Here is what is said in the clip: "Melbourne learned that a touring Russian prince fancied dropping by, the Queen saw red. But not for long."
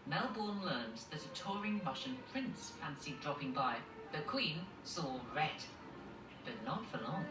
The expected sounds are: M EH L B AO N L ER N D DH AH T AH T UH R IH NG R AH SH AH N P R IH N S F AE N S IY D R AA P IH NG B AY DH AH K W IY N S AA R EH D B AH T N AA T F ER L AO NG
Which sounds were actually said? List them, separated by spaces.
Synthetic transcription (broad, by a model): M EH L B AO N L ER N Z DH AH T AH T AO R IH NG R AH SH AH N P R IH N S F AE N S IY D R AA P IH NG B AY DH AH K W IY N S AA R EH D B AH T N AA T F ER L AO NG